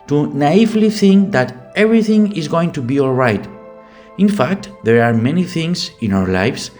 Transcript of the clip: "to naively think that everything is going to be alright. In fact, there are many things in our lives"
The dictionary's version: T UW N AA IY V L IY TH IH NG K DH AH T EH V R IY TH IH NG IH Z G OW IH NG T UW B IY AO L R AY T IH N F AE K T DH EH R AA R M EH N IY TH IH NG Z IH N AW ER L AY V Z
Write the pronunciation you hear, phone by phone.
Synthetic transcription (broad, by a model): T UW N AA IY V L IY TH IH NG K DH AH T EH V R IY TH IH NG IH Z G OW IH NG T UW B IY AO L R AY T IH N F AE K T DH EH R AA R M EH N IY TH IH NG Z IH N AW ER L AY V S